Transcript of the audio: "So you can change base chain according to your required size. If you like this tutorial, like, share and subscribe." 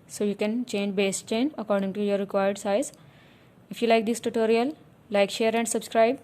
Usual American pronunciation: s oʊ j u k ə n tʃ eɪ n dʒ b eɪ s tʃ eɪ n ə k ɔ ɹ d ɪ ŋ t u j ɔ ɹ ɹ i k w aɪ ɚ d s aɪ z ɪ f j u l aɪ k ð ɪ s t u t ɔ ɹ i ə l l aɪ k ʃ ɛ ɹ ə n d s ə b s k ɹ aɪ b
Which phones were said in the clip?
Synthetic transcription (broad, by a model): s oʊ j u k ə n tʃ eɪ n dʒ b eɪ s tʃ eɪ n ə k ɔ ɹ d ɪ ŋ t u j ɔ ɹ ɹ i k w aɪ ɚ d s aɪ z ɪ f j u l aɪ k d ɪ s t u t ɔ ɹ i ə l l aɪ k ʃ ɛ ɹ ə n d s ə b s k ɹ aɪ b